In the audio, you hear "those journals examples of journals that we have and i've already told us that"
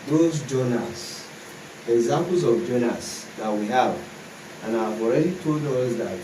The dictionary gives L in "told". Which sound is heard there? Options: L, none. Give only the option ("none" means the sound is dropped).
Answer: L